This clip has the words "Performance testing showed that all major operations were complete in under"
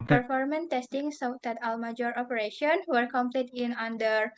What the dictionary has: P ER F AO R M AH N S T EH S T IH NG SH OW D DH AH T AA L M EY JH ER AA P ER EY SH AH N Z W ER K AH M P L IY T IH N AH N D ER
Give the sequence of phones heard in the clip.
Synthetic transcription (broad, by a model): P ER F AO R M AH N T EH S T IH NG S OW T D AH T AA L M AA JH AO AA P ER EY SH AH N W ER K AH M P L IY T IH N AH N D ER